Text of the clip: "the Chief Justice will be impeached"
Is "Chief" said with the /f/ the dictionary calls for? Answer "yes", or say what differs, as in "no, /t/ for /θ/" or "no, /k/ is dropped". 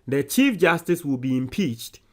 yes